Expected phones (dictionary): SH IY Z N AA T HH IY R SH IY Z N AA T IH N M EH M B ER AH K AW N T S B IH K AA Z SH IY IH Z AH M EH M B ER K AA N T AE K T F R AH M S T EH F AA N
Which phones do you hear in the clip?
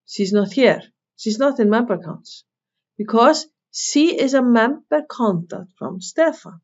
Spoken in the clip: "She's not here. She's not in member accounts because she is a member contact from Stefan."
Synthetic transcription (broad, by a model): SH IY Z N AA T HH IY R SH IY Z N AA T IH N M EH M B ER K AW N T S B IH K AA Z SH IY IH Z AH M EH M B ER K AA N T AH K T F R AH M S T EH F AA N